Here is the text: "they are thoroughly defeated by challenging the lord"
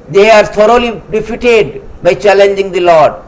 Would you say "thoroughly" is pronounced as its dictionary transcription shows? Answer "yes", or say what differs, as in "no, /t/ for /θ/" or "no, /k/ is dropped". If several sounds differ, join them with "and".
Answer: no, /t/ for /θ/